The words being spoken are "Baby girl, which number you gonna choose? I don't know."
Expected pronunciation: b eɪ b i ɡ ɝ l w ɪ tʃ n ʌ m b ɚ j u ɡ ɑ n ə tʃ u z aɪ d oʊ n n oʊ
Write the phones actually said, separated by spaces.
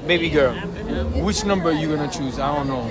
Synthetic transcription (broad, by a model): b eɪ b i ɡ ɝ w ɪ tʃ n ʌ m b ɚ j u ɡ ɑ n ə tʃ u z aɪ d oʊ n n oʊ